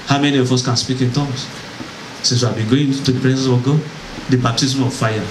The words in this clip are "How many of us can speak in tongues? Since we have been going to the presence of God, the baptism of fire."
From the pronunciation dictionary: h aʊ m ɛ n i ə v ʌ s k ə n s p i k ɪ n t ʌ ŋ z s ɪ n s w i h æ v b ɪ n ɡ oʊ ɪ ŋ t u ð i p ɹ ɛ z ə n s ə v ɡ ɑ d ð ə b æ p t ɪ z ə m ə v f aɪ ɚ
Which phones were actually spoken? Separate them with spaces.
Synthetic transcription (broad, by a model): h aʊ m ɛ n i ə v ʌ s k ə n s p i k ɪ n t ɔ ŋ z s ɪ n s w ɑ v b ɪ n ɡ oʊ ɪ t u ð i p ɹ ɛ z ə s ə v ɡ ɑ d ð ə b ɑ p t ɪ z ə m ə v f aɪ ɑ